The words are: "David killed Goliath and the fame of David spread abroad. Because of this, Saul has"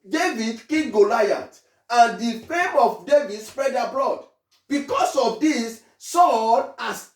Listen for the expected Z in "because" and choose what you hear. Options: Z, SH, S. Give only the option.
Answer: S